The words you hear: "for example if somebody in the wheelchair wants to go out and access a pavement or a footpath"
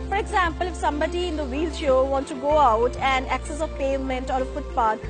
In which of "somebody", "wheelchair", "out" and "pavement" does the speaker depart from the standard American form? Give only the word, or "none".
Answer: wheelchair